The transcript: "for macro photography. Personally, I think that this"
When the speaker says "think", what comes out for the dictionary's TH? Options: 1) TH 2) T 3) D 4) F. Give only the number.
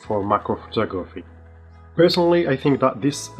1